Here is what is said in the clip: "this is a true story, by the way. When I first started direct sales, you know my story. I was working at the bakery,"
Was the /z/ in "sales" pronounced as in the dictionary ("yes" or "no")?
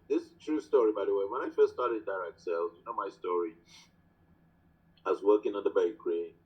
no